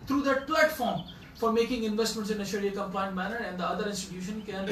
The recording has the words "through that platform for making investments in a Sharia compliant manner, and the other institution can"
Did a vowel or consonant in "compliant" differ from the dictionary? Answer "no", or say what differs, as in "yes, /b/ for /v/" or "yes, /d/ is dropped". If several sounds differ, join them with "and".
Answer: yes, /l/ is dropped